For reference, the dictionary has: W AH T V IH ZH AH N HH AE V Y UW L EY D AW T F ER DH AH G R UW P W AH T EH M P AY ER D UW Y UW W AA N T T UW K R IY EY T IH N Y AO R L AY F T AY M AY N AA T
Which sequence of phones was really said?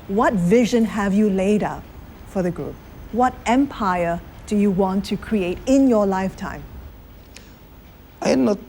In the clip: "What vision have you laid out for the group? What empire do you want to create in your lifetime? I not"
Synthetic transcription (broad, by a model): W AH T V IH ZH AH N HH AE V Y UW L EY D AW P F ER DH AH G R UW P W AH T EH M P AY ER D UW Y UW W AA N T T UW K R IY EY T IH N Y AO L AY F T AY M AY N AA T